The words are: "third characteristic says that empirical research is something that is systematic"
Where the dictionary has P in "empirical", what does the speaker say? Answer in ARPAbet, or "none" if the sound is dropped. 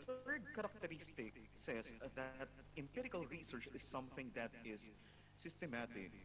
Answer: P